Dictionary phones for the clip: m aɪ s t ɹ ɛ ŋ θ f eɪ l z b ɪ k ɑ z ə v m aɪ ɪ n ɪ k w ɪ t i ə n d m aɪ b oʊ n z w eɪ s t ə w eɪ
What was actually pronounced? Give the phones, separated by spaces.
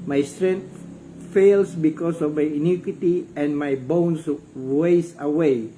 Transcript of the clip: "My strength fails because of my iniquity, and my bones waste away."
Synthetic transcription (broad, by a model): m aɪ s t ɹ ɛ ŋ t f eɪ l s b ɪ k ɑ s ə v m aɪ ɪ n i k w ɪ t i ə n m aɪ b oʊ n s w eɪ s ə w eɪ